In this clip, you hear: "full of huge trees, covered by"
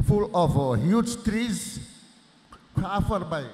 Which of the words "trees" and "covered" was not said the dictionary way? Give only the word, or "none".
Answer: covered